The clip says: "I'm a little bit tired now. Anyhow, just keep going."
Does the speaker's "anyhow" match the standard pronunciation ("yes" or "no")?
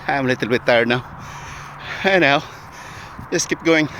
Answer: no